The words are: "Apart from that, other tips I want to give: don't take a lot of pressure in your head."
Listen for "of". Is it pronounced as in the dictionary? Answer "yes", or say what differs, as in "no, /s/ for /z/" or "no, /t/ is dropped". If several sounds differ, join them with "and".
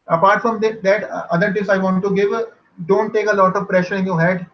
yes